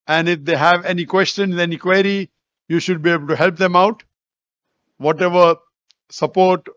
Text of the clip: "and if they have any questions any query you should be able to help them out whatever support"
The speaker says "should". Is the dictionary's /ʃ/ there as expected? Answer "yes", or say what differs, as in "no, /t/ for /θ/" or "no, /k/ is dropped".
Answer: yes